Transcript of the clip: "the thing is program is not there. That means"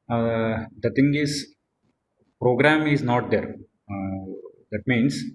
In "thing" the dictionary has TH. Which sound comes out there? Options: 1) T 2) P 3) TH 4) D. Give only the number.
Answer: 1